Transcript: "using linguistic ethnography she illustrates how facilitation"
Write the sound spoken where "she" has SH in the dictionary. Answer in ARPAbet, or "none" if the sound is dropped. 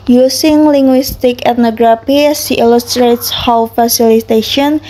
S